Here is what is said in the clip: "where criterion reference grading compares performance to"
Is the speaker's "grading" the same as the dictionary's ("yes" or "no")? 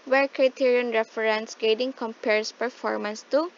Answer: no